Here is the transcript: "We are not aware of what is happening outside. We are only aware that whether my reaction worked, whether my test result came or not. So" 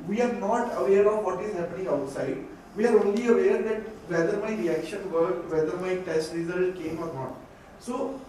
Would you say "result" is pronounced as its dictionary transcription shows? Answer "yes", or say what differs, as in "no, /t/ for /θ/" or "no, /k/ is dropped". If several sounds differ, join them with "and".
no, /l/ is dropped